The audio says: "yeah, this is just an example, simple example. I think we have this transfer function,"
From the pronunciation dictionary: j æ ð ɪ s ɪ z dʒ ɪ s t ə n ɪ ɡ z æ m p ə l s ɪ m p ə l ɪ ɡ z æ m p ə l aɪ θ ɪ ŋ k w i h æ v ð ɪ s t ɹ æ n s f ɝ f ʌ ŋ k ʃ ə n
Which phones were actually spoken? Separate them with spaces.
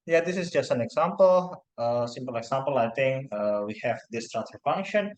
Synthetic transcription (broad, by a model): j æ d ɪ s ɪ s dʒ ɪ s t ə n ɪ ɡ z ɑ m p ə l s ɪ m p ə l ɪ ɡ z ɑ m p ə l aɪ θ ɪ ŋ k w i h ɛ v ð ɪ s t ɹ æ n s ɝ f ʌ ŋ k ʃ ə n